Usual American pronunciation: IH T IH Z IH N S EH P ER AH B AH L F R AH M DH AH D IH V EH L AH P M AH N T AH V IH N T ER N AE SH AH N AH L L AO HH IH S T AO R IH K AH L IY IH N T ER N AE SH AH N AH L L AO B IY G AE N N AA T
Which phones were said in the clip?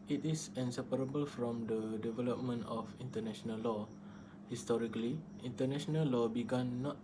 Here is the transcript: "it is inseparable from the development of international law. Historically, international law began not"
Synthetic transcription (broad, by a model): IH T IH S IH N S EH P ER AH B AH L F R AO M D AH D IH V EH L AH P M AH N T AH F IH N T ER N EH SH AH N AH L L AO HH IH S T AO R IH K AH L IY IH N T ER N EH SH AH N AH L L AO B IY G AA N N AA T